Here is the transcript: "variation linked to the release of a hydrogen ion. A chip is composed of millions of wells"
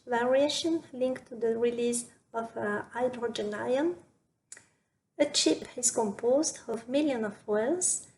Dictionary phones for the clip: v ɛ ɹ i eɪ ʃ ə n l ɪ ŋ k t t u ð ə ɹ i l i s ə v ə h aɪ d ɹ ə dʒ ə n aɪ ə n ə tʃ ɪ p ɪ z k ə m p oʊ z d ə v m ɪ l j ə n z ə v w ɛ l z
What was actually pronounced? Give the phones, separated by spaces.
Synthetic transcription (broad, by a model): v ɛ ɹ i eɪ ʃ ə n l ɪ ŋ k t t u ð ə ɹ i l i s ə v ə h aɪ d ɹ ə dʒ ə n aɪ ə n ə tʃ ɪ p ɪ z k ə m p oʊ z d ə v m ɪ l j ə n ə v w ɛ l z